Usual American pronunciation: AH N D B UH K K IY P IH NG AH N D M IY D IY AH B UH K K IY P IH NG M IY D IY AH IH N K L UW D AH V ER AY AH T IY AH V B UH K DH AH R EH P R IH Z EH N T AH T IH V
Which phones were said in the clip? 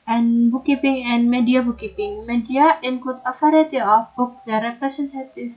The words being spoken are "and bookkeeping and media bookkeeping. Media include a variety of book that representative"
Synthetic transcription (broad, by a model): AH N B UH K K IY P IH NG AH N M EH D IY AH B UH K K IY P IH NG M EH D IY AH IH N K UW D AH F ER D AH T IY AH F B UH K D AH R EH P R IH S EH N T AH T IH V